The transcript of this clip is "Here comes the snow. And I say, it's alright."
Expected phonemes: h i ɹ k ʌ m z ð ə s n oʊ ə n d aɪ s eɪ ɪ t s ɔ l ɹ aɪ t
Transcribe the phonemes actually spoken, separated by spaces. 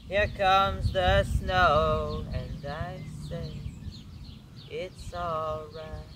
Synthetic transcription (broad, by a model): h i ɹ k ʌ m z ð ə s n oʊ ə n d aɪ s eɪ ɪ t s ɔ l ɹ aɪ t